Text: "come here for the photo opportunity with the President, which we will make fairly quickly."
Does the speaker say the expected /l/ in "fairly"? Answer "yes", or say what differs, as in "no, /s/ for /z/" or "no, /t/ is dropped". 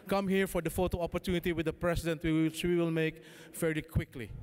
no, /l/ is dropped